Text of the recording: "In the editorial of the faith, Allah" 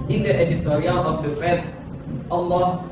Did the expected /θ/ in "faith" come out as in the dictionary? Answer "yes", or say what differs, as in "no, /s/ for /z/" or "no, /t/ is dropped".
no, /s/ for /θ/